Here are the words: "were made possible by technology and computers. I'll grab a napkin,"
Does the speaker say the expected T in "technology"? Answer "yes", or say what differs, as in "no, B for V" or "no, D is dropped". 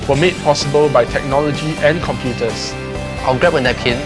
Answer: yes